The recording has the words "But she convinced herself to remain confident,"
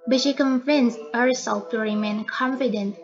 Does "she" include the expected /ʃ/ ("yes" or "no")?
yes